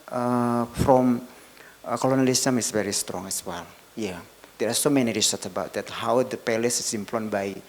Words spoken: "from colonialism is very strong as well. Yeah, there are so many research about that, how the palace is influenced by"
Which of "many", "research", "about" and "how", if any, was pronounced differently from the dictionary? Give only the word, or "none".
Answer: research